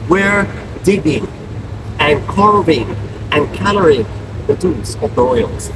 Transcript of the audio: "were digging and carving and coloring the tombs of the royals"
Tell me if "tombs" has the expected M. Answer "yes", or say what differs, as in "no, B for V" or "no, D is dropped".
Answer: no, M is dropped